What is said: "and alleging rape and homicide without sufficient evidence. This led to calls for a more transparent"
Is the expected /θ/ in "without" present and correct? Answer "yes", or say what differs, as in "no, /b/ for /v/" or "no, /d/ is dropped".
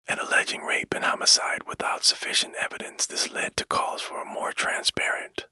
yes